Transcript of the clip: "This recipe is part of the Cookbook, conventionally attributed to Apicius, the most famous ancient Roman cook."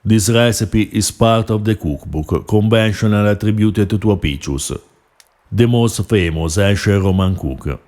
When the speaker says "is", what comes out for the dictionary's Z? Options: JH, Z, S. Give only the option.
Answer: S